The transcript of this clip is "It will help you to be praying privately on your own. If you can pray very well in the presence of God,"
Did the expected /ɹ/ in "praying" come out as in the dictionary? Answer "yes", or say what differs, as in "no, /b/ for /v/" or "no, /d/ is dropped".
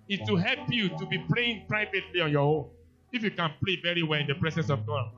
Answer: no, /l/ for /ɹ/